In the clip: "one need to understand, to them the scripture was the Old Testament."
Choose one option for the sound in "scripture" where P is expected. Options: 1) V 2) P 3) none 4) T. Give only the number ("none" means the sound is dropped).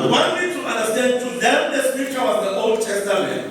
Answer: 3